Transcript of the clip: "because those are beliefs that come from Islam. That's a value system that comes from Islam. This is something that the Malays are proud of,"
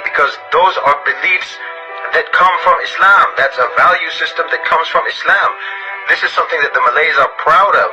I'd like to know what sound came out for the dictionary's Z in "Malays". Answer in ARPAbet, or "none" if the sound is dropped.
Z